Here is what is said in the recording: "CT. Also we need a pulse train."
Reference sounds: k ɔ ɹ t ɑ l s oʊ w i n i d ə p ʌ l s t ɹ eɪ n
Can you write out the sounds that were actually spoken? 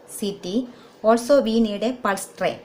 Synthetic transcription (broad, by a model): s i t ɑ l s oʊ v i n i d ə p ʌ l s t ɹ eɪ